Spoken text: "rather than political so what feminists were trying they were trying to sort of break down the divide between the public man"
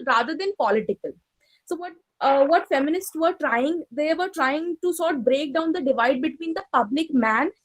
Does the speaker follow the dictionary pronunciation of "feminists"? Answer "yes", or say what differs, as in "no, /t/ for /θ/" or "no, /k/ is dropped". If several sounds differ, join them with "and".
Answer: yes